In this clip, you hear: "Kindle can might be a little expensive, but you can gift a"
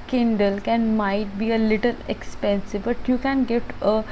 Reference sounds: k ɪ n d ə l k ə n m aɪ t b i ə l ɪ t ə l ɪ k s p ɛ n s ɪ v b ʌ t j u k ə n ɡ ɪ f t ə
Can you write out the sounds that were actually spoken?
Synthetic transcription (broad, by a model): k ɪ n d ə l k ə n m aɪ t b i ə l ɪ t ə l ɪ k s p ɛ n s ɪ v b ʌ t j u k ə n ɡ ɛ t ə